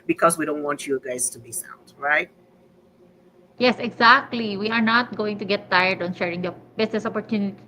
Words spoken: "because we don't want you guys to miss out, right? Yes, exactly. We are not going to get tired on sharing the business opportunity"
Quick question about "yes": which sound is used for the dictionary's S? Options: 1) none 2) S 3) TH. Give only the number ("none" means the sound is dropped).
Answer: 2